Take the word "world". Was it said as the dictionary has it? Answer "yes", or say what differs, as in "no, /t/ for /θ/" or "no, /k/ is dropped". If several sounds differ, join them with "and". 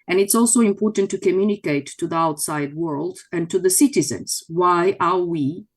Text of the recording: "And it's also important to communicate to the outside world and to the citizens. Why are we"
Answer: yes